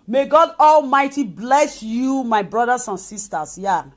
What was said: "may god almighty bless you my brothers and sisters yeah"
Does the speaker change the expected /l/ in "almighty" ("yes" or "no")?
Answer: no